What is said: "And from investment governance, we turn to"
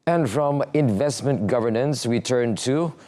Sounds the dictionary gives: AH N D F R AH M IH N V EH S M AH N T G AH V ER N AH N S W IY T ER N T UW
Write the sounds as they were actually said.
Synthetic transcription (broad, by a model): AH N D F R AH M IH N V EH S M AH N T G AH V ER N AH N S W IY T ER N T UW